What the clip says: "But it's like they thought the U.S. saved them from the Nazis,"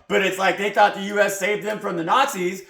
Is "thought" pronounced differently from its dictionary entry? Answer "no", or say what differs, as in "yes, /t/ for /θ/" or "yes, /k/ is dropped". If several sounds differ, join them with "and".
no